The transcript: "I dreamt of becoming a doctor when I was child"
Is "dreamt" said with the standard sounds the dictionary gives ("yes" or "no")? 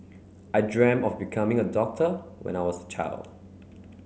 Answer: no